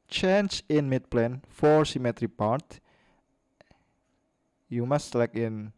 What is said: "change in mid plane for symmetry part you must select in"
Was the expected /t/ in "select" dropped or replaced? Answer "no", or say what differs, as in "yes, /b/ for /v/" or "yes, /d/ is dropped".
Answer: yes, /t/ is dropped